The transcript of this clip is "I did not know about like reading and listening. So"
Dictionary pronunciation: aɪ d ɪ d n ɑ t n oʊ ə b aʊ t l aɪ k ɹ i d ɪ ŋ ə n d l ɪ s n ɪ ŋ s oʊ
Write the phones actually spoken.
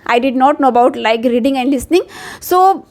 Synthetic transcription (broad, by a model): aɪ d ɪ d n ɑ t n oʊ ə b aʊ t l aɪ k ɹ i d ɪ ŋ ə n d l ɪ s n ɪ ŋ s oʊ